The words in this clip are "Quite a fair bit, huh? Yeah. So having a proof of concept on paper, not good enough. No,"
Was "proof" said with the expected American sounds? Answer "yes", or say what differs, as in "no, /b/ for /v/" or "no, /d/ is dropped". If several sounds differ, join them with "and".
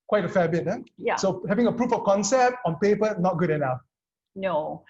yes